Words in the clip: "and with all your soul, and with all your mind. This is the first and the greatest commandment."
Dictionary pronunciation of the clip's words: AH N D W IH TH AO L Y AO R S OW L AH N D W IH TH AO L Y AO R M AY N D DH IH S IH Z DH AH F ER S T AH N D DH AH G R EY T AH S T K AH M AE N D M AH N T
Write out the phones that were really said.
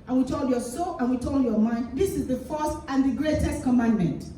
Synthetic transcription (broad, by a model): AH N W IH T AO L Y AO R S OW L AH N W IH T AO L Y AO M AY N D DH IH S IH Z DH AH F ER S T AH N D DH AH G R EY T AH S T K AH M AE N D M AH N T